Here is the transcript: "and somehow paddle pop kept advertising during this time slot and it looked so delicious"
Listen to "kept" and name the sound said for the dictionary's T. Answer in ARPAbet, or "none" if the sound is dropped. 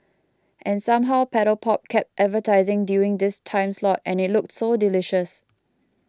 T